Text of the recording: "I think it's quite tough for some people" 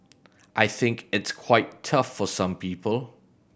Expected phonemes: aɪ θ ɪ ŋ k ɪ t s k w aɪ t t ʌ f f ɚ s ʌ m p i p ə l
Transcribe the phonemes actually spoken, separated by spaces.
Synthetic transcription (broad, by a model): aɪ θ ɪ ŋ k ɪ t s k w aɪ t t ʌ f f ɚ s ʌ m p i p ə l